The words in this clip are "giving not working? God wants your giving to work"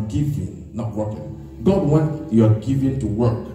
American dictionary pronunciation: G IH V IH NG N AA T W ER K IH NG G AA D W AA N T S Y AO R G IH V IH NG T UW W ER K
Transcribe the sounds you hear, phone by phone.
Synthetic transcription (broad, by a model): G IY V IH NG N AA T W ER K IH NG G AA D W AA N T Y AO G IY V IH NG T UW W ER K